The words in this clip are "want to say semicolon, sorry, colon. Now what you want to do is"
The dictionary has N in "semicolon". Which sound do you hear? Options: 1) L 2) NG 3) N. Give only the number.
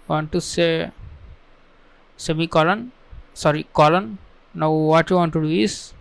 3